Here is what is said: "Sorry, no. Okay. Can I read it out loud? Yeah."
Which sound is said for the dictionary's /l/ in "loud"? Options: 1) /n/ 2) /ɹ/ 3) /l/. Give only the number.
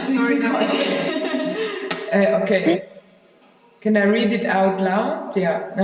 1